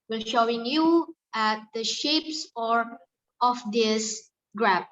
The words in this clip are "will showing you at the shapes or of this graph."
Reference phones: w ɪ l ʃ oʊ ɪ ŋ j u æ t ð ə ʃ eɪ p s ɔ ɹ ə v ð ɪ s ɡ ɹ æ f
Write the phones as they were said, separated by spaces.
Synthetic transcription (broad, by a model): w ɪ l ʃ oʊ ɪ ŋ j u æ t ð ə ʃ eɪ p s ɔ ɹ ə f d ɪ s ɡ ɹ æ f